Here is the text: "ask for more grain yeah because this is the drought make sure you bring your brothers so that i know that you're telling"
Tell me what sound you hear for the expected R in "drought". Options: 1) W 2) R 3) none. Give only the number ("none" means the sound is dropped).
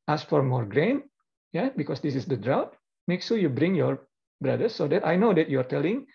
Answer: 2